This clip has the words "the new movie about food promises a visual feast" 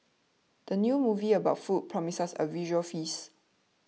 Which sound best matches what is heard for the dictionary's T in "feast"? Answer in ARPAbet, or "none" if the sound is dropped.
none